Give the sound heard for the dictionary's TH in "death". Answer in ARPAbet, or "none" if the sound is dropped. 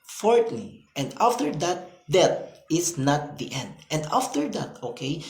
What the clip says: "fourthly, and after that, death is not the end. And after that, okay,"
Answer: T